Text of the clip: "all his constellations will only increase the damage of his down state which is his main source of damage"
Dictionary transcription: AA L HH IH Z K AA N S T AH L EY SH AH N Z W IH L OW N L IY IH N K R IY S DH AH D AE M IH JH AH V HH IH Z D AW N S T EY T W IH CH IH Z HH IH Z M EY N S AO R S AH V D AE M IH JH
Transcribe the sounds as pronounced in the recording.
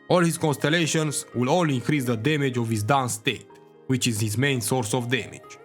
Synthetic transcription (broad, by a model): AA L HH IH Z K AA N S T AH L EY SH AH N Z W IH L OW L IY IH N K R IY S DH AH D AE M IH JH AH V HH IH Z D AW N S T EY T W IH CH IH Z HH IH Z M EY N S AO R S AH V D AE M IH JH